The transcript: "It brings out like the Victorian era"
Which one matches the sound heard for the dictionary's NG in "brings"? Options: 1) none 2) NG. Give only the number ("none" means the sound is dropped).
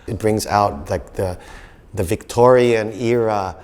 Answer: 2